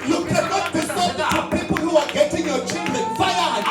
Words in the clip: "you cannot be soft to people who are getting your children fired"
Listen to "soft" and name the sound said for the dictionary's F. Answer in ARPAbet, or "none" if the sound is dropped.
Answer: none